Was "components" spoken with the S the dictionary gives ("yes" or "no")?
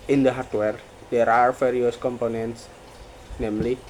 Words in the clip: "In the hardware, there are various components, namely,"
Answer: yes